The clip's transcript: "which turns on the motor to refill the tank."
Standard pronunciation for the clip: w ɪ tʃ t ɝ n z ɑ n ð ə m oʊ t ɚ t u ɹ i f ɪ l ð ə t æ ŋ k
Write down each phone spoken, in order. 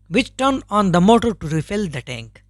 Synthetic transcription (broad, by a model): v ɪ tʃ t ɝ n ɑ n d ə m oʊ t ɚ t u ɹ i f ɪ l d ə t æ ŋ k